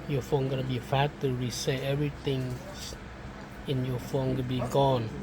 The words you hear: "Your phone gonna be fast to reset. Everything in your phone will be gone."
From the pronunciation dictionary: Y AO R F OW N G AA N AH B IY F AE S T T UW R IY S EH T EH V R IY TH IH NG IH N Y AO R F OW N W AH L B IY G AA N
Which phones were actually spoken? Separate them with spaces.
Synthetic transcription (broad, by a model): Y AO F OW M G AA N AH B IY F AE T T UW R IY S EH EH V R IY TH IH NG IH N Y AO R F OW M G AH N B IY G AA N